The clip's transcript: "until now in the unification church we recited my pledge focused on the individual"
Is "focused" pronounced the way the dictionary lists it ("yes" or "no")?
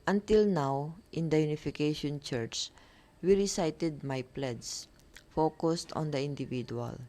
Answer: yes